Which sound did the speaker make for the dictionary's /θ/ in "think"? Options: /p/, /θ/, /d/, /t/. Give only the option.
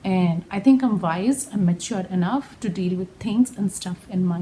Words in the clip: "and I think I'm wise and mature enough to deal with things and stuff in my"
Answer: /t/